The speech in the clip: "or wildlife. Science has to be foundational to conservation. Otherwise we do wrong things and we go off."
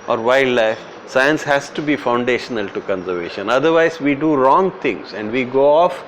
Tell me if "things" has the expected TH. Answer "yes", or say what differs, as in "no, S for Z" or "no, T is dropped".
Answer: no, T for TH